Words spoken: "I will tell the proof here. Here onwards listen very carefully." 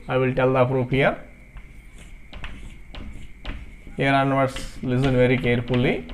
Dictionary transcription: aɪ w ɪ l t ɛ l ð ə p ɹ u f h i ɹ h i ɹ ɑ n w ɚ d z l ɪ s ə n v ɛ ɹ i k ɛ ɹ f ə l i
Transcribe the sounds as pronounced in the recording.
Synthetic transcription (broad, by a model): aɪ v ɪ l t ɛ l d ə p ɹ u p h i ɹ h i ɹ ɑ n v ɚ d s l ɪ s ə n v ɛ ɹ i k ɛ ɹ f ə l i